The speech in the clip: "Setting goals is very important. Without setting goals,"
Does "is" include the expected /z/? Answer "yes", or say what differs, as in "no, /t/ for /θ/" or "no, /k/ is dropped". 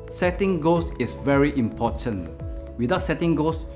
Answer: no, /s/ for /z/